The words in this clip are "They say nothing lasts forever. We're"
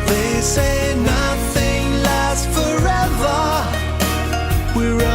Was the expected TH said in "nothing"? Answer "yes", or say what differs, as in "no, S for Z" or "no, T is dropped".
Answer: yes